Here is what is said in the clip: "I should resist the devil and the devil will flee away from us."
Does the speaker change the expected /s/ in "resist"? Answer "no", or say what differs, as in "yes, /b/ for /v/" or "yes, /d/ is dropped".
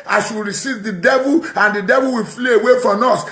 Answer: yes, /s/ is dropped